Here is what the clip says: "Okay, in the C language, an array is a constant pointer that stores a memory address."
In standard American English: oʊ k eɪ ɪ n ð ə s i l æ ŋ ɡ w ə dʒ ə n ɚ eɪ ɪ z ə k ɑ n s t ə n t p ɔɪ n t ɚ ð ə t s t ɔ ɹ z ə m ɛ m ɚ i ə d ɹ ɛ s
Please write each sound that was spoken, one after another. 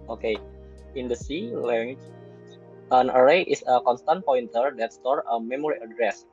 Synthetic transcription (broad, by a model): oʊ k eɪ ɪ n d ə s i l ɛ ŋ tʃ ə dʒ ə n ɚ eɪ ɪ s ə k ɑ n s t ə n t p ɔɪ n t ɚ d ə t s t ɔ ɹ ə m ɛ m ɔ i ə d ɹ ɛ s